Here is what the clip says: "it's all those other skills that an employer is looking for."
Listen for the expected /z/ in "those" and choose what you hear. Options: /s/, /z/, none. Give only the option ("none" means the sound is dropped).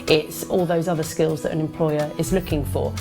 /z/